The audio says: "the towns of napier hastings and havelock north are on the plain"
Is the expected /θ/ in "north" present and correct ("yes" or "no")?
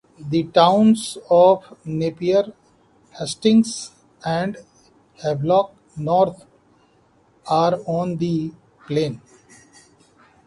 no